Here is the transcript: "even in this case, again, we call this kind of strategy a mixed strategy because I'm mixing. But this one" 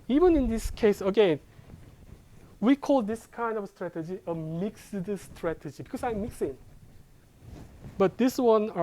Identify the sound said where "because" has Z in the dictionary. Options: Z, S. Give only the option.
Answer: S